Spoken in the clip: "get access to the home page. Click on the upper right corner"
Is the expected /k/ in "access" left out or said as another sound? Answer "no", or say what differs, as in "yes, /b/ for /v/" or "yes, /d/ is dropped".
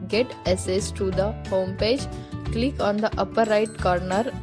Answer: yes, /k/ is dropped